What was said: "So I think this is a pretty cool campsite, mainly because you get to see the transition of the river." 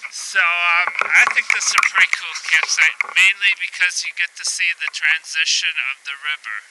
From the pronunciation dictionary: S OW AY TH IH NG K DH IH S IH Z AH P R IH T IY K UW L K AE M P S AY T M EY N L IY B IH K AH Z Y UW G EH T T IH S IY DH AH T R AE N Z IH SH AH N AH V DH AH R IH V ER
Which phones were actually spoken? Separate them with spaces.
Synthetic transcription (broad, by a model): S OW AY TH IH NG K DH IH S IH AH P R IH T IY K UW L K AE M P S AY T M EY N L IY B IH K AH Z Y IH G EH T T IH S IY DH AH T R AE N Z IH SH AH N AH V DH AH R IH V ER